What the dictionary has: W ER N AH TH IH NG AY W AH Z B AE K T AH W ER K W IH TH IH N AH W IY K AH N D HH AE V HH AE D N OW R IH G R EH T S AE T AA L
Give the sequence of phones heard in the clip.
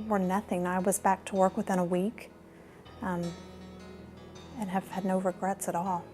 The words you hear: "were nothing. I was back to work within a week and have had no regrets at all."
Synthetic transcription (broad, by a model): W ER N AH TH IH NG AY W AH Z B AE K T AH W ER K W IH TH IH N AH W IY K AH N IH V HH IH D N OW R IH G R EH T S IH T AA L